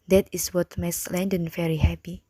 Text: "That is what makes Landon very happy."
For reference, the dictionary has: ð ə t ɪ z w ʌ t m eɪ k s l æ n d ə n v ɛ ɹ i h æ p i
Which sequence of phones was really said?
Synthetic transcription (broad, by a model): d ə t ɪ s w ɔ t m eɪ s l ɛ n d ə n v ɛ ɹ i h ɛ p i